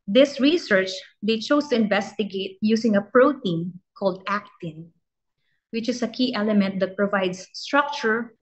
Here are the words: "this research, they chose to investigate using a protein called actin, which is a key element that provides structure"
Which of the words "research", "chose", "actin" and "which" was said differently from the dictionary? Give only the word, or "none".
chose